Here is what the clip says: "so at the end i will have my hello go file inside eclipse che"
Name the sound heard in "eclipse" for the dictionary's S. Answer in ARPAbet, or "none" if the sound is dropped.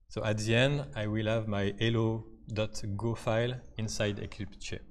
none